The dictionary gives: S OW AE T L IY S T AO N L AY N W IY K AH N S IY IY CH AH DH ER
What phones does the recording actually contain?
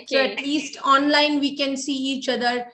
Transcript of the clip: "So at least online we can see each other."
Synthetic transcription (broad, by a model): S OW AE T L IY S T AO N L AY N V IY K AH N S IY IY CH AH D ER